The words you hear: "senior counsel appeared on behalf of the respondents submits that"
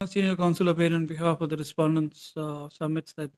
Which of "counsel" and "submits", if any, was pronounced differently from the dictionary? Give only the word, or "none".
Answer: submits